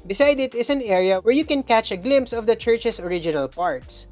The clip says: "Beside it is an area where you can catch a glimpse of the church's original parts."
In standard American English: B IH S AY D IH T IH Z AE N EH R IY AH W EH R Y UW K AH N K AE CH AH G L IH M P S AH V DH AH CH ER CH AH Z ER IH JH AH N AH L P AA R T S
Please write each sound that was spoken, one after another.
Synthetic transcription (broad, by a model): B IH S AY D IH T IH S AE N EH R IY AH W EH R Y UW K AH N K AE CH AH G L IH M P S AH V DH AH CH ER CH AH S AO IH JH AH N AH L P AA R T S